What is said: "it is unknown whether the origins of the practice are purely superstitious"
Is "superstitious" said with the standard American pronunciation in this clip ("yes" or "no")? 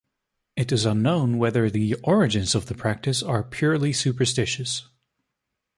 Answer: yes